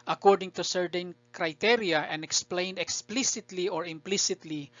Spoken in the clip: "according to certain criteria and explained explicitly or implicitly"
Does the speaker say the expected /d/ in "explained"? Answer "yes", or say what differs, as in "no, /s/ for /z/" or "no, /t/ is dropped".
yes